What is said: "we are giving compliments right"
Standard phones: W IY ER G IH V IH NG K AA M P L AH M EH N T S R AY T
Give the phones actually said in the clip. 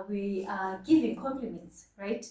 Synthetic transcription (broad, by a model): W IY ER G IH V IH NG K AA M P L AH M EH N T S R AY T